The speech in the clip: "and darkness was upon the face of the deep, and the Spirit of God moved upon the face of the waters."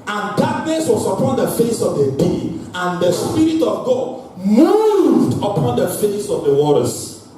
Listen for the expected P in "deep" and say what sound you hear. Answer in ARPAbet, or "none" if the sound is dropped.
none